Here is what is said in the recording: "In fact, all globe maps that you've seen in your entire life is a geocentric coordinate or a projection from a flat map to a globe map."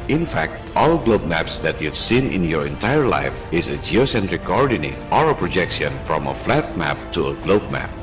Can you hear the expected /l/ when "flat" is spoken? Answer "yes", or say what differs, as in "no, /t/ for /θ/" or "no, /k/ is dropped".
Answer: yes